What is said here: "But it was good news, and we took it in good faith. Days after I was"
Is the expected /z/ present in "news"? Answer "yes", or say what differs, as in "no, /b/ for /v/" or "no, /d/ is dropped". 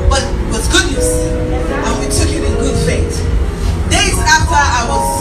no, /s/ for /z/